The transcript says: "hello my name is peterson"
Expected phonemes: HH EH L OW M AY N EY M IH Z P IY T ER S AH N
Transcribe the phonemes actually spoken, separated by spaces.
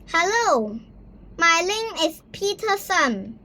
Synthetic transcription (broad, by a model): HH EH L OW M AY L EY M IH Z P IY T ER S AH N